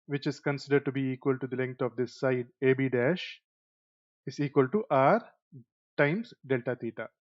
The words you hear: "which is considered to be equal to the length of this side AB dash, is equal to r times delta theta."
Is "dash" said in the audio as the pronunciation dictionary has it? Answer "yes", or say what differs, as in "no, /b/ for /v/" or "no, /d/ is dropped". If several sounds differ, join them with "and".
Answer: yes